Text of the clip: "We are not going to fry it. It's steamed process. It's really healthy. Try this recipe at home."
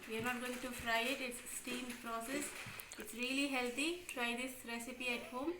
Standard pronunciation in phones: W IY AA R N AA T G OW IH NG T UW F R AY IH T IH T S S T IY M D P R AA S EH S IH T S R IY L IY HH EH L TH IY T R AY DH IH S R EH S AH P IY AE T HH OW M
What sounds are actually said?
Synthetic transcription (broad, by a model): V IY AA R N AA T G OW IH NG T UW F R AY IH T IH T S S T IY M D P R AA S EH S IH T S R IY L IY HH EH L T IY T R AY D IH S R EH S AH P IY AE T HH OW M